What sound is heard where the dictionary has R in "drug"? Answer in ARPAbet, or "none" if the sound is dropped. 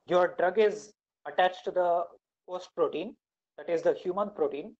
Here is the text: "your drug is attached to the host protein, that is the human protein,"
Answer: R